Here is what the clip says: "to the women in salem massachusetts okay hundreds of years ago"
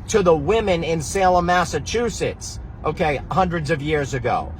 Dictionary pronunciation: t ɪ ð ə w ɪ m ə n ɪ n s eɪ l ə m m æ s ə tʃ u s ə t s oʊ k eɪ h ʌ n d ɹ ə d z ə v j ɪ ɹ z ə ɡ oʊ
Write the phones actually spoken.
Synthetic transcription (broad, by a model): t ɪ ð ə w ɪ m ə n ɪ n s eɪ l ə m m æ s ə tʃ u s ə t s oʊ k eɪ h ʌ n d ɹ ə d z ə v j ɪ ɹ z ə ɡ oʊ